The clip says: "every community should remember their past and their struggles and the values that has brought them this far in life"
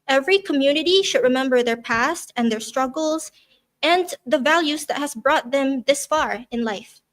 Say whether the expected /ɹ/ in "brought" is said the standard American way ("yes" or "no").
yes